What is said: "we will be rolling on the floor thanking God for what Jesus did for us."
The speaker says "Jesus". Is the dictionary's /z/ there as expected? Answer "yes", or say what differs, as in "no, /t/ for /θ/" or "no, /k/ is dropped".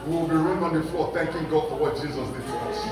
yes